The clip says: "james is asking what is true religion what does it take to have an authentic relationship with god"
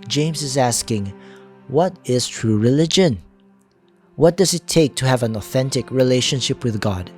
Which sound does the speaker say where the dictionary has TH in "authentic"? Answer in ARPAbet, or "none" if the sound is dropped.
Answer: TH